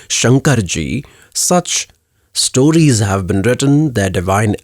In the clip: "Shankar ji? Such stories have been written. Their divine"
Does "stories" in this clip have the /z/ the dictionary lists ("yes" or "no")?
yes